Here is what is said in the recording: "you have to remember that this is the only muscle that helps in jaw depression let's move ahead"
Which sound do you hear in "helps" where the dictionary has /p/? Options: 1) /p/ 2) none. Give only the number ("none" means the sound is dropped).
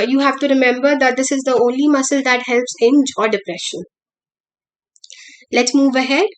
1